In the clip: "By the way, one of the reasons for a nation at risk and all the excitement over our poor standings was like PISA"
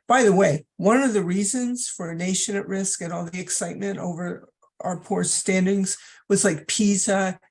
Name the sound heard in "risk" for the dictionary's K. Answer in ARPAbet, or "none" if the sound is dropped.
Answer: K